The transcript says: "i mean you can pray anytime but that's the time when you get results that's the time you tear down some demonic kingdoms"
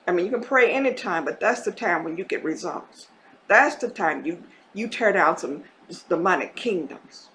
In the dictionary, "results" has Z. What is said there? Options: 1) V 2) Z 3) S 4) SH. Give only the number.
2